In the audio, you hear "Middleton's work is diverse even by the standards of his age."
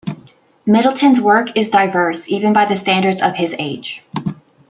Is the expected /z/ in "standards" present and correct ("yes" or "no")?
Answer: yes